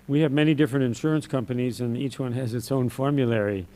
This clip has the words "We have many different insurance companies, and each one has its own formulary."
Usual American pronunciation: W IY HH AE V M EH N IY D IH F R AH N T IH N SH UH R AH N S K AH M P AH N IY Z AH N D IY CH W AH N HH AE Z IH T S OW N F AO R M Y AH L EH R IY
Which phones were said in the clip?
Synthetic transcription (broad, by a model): W IY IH V M EH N IY D IH F R AH N T IH N SH UH R AH N S K AH M P AH N IY Z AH N IY CH W AH N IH Z IH T S OW N F AO R M Y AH L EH R IY